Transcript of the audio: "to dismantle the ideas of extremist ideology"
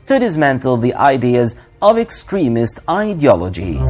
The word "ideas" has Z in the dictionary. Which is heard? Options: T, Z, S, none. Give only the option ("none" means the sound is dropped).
Z